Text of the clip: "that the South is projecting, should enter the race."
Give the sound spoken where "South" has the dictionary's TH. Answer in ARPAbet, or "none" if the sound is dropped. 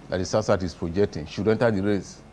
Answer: S